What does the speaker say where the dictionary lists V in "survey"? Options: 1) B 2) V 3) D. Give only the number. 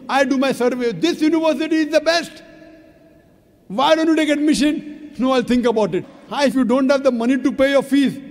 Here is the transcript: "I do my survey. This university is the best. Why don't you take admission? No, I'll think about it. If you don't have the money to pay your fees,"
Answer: 2